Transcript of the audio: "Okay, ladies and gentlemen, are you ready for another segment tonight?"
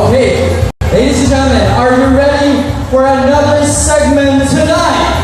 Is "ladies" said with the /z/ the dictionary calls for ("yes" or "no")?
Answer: no